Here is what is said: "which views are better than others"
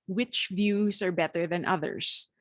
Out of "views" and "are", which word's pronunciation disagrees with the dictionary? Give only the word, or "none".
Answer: none